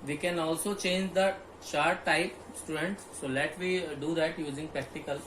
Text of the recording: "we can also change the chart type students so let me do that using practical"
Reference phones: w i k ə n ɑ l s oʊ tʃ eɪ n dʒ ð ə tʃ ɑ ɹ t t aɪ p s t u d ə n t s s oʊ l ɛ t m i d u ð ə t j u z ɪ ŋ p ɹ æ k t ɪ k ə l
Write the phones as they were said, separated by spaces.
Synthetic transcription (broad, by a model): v i k ə n ɑ l s oʊ tʃ eɪ n dʒ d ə ʃ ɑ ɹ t t aɪ p s t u d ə n t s s oʊ l ɛ t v i d u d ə t j u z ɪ ŋ p ɹ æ k t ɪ k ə l